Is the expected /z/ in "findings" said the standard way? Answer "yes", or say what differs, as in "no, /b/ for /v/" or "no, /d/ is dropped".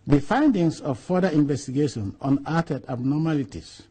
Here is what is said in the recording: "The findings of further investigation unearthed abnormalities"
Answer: no, /s/ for /z/